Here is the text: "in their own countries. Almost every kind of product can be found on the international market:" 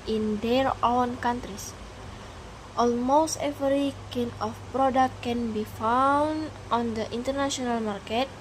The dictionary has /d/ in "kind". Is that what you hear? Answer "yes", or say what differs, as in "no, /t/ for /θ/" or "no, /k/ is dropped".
no, /d/ is dropped